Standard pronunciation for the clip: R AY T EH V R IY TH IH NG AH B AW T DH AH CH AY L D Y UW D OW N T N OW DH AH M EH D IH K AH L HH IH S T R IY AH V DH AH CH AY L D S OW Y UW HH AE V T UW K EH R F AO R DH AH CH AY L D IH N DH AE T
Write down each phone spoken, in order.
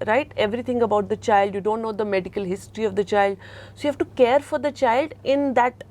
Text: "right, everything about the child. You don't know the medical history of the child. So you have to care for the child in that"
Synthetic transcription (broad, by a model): R AY T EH V R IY T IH NG AH B AW T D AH CH AY L D Y UW D OW N T N OW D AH M EH D IH K AH L HH IH S T R IY AH V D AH CH AY L D S OW Y UW HH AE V T UW K EH R F AO R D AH CH AY L D IH N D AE T